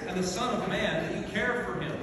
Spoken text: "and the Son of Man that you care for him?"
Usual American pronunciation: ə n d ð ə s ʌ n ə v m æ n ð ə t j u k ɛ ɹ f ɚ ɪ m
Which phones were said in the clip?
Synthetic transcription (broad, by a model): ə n ð ə s ʌ n ə v m æ n ð ə t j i k ɛ ɹ f ɚ ɪ m